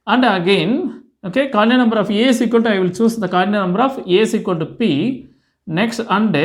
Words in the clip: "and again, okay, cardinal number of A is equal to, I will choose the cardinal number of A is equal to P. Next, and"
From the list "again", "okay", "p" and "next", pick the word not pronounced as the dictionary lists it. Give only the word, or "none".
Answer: none